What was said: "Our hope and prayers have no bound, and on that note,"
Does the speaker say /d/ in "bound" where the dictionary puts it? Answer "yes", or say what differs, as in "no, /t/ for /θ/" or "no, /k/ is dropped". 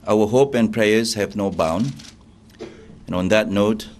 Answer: no, /d/ is dropped